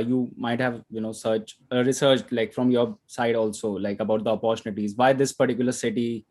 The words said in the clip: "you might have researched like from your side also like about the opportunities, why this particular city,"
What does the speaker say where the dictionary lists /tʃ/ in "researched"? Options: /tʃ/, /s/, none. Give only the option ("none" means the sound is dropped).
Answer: /s/